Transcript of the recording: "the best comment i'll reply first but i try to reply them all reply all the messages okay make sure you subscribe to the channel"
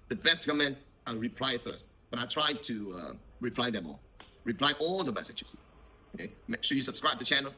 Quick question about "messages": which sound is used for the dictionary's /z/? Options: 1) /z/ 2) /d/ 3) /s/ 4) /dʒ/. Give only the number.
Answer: 3